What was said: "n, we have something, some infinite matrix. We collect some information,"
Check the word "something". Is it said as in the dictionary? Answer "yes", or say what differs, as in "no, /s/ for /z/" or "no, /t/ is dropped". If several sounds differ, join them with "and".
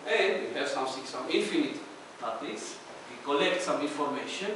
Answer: no, /s/ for /θ/